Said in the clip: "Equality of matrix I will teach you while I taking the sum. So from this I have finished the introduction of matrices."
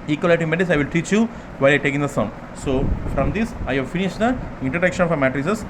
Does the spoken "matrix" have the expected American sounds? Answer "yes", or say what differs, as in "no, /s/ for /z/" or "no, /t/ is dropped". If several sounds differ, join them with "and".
no, /k/ is dropped